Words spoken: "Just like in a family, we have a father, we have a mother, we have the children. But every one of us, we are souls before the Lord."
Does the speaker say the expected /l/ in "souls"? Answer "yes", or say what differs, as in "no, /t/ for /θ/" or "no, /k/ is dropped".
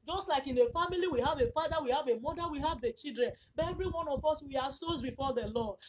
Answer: no, /l/ is dropped